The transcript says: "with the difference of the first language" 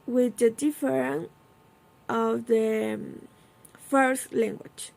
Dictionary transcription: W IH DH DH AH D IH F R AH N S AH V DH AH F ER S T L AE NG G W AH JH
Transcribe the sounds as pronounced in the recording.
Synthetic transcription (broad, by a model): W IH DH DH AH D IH F R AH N AH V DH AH F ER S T L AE NG G W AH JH